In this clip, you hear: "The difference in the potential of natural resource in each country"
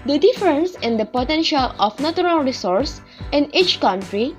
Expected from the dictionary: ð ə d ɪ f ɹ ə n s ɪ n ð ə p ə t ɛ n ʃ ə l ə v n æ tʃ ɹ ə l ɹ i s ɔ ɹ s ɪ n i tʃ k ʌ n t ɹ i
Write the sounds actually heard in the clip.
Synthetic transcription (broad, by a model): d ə d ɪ f ɹ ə n s ɪ n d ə p ə t ɛ n ʃ ə l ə f n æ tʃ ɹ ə l ɹ i s ɔ ɹ s ɪ n i tʃ k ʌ n t ɹ i